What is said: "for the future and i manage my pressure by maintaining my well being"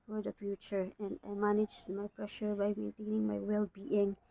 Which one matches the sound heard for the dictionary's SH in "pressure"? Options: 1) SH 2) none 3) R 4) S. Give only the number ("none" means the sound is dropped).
1